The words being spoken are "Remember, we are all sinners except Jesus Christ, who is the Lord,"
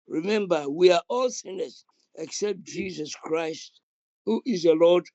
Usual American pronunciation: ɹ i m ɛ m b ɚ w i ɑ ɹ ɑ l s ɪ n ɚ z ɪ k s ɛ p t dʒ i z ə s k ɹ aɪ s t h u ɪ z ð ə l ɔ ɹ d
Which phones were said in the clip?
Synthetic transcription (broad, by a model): ɹ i m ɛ m b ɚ w i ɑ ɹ ɑ l s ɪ n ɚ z ɪ k s ɛ p t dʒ i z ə s k ɹ aɪ s t h u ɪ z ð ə l ɔ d